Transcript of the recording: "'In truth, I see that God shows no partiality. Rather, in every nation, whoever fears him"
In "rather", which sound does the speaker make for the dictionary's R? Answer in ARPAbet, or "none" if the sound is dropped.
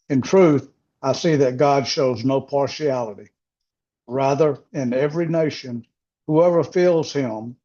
R